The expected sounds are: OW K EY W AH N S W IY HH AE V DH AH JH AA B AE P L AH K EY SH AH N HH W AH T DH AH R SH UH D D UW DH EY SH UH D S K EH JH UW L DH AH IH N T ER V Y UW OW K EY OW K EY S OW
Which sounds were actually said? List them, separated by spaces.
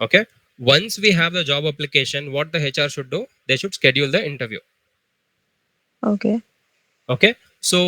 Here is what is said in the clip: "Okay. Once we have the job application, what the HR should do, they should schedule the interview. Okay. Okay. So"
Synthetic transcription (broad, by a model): OW K EY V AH N S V IY HH AE V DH AH JH AA B AE P L AH K EY SH AH N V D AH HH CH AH R SH UH D D UW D EY SH UH D S K EH JH UW L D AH IH N T ER V Y UW OW K EY OW K EY S OW